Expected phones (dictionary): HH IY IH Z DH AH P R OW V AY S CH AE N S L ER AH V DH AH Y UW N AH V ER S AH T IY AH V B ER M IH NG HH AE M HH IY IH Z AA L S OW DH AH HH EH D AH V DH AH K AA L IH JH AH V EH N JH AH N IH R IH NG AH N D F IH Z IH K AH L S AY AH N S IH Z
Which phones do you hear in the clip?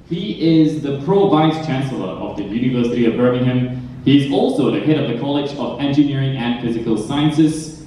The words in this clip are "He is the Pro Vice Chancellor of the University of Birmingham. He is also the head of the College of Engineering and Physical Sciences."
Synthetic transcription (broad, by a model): HH IY IH Z DH AH P R OW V AY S CH AE N S L ER AH V DH AH Y UW N AH V ER S AH T IY AH V B ER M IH NG HH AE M HH IY IH Z AA L S OW DH AH HH EH D AH V DH AH K AA L IH JH AH V EH N JH AH N IH R IH NG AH N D F IH Z IH K AH L S AY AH N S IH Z